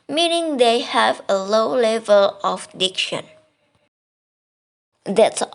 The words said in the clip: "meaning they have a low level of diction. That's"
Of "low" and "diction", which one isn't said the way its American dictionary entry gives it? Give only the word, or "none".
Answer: none